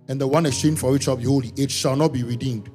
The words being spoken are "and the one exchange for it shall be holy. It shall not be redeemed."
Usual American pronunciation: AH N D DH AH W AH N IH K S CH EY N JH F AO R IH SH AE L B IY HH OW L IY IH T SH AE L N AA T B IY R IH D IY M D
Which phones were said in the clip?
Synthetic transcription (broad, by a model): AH N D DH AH W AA N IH S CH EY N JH F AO W IH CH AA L B IY HH OW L IY IH T SH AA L N AA T B IY R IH D IY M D